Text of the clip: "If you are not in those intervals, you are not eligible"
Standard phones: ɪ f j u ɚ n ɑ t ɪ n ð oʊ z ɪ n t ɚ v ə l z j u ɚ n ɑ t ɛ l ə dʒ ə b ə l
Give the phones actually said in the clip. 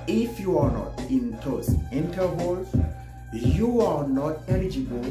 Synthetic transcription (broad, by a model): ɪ f j u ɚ n ɑ t ɪ n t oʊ s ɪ n t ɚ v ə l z j u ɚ n ɑ t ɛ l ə dʒ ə b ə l